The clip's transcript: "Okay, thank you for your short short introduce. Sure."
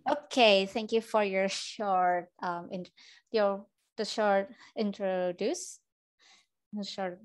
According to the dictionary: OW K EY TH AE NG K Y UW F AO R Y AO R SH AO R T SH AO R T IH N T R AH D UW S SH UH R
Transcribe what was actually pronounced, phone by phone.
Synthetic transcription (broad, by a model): OW K EY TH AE NG K Y UW F AO R Y AO R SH AO R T SH AO R T IH N T R AH D UW S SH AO R